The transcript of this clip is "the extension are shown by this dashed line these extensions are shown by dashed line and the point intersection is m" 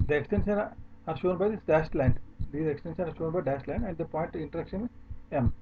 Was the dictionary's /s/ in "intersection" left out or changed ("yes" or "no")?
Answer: yes